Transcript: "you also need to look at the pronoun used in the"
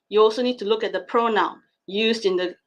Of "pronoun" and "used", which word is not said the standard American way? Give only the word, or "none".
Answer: none